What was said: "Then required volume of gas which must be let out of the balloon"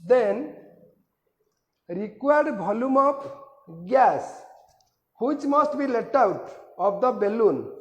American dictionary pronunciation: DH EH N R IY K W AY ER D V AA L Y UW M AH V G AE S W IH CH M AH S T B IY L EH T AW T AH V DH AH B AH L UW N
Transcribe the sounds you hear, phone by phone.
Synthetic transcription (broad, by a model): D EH N R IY K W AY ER D B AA L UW M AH P G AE S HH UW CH M AH S T B IY L EH T AW T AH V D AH B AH L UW N